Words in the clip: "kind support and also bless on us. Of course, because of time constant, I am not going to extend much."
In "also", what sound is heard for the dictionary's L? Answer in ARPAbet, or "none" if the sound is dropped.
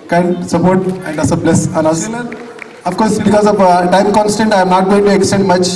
none